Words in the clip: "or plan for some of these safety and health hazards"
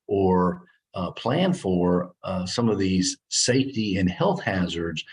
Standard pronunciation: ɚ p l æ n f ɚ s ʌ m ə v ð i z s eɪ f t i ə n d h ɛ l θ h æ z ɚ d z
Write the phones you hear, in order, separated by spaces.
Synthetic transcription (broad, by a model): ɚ p l æ n f ɚ s ʌ m ə v ð i z s eɪ f t i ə n h ɛ l θ h æ z ɚ d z